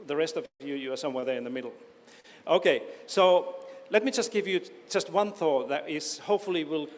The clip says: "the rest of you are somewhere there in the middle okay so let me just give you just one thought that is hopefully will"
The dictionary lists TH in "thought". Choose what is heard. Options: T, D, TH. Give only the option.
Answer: TH